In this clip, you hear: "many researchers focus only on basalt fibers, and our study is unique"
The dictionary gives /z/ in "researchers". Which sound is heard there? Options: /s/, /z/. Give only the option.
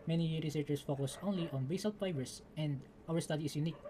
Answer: /s/